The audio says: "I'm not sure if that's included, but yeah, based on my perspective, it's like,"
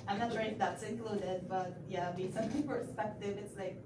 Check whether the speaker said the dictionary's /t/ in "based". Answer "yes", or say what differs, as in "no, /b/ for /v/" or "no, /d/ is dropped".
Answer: no, /t/ is dropped